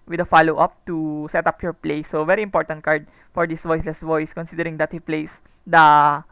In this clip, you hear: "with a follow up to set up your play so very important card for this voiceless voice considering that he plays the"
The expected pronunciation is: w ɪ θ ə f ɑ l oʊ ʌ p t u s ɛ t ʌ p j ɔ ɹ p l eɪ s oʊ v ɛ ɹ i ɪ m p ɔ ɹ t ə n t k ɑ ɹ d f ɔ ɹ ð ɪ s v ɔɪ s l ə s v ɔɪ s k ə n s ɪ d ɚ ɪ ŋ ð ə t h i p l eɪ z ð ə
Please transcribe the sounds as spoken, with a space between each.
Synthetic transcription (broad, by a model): w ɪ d ə f ɑ l oʊ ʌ p t u s ɛ t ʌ p j ɔ ɹ p l eɪ s oʊ v ɛ ɹ i ɪ m p ɔ ɹ t ə n t k ɑ ɹ d f ɔ ɹ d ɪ s v ɔɪ s l ə s v ɔɪ s k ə n s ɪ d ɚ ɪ ŋ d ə t h i p l eɪ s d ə